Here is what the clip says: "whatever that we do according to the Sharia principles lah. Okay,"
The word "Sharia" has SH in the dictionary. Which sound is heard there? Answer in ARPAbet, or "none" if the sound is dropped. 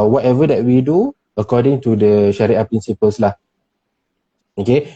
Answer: SH